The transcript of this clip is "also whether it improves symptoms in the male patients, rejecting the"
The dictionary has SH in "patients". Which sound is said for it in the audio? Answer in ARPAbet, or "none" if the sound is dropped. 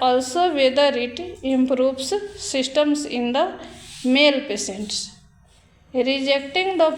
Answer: S